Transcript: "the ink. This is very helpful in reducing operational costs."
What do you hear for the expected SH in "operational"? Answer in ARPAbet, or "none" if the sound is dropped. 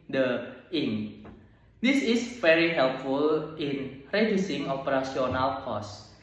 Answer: S